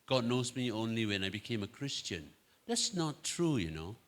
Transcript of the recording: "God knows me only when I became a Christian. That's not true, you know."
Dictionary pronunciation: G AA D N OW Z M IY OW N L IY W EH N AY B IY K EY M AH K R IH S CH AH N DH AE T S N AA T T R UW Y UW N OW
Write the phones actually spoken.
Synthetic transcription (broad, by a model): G AA D N OW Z M IY OW N L IY W EH N AY B IY K EY M AH K R IH S CH AH N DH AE T S N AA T T R UW Y UW N OW